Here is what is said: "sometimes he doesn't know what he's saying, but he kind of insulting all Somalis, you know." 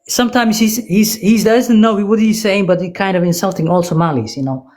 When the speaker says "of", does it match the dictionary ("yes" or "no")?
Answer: yes